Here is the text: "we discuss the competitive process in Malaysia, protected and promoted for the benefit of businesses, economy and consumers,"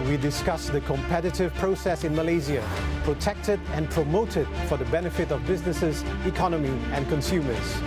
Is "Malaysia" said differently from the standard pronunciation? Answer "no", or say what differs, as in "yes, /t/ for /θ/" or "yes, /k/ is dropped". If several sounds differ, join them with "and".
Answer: yes, /z/ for /ʒ/